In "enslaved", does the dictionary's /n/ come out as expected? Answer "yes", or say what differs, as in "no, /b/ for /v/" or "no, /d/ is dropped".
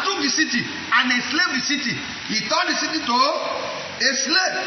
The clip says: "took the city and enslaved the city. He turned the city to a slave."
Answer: no, /n/ is dropped